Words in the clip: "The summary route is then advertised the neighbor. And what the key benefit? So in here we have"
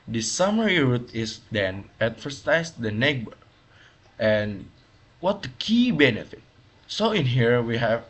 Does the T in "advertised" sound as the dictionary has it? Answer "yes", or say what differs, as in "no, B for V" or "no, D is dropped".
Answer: no, S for T